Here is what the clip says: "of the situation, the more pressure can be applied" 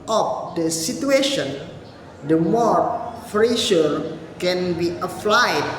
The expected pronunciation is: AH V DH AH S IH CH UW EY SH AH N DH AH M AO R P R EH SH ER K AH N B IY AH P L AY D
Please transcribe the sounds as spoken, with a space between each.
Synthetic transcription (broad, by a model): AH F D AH S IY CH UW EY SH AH N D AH M AO R F R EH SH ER K AH N B IY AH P L AY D